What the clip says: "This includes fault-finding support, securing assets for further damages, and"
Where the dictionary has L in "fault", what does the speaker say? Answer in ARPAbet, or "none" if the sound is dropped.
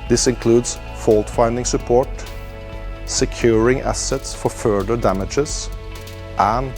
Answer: L